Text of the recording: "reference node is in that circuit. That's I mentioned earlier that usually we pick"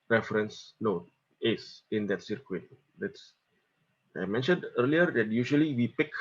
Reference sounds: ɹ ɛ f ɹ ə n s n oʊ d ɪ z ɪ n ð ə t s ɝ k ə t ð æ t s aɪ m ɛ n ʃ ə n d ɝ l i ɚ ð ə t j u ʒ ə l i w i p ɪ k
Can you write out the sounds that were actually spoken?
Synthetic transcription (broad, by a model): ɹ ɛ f ɹ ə n s n oʊ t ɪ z ɪ n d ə t s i k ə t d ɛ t s aɪ m ɛ n ʃ ə n d ɝ l i ɚ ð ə t j u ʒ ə l i w i p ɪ k